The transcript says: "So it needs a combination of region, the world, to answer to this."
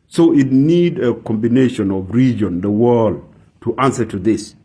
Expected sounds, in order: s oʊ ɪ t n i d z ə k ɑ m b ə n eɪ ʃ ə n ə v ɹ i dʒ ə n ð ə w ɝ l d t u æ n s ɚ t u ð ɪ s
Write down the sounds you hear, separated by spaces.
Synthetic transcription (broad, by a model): s oʊ ɪ t n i d ə k ɑ m b ə n eɪ ʃ ə n ə v ɹ i dʒ ə n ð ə w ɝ l d t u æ n s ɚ t u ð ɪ s